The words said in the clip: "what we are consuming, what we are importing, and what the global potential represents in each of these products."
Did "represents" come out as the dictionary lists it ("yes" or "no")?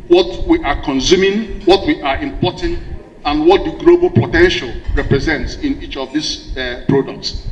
yes